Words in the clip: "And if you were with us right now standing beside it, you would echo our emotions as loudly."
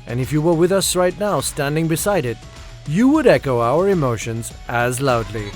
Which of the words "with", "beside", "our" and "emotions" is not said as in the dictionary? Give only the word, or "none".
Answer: none